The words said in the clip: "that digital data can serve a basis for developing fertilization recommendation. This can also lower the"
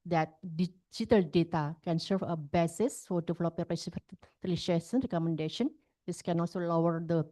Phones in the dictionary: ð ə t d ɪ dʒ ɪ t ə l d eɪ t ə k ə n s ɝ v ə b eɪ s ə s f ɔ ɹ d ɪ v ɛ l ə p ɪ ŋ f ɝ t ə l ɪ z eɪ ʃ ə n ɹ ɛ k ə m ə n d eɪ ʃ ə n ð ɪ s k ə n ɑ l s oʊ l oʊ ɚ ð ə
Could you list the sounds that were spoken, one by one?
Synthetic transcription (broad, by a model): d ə t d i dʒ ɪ t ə l d eɪ t ə k ə n s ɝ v ə b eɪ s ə s f ɔ ɹ d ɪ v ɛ l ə p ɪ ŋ p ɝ s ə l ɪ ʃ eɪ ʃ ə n ɹ ɛ k ə m ə n d eɪ ʃ ə n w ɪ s k ə n ɑ l s oʊ l oʊ ɚ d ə